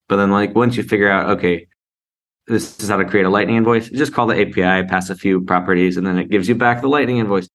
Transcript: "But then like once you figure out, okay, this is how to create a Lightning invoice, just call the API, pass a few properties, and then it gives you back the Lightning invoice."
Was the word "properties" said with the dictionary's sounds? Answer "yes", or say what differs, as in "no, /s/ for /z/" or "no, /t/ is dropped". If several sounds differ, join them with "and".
yes